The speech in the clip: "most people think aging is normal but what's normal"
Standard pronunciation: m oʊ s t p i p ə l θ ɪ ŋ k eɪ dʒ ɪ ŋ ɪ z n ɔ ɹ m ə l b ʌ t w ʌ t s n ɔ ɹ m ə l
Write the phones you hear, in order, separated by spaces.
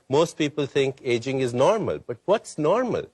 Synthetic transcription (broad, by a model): m oʊ s t p i p ə l t ɪ ŋ k eɪ dʒ ɪ ŋ ɪ z n ɔ ɹ m ə l b ʌ t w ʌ t s n ɔ ɹ m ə l